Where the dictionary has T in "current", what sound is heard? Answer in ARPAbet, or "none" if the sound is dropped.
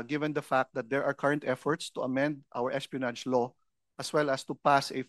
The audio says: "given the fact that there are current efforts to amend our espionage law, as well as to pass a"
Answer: T